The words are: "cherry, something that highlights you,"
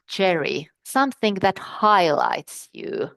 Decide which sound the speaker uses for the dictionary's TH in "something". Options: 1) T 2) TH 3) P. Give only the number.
2